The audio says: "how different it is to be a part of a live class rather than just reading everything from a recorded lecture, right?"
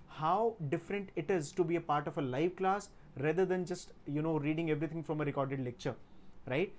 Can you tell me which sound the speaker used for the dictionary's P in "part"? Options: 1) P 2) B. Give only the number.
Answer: 1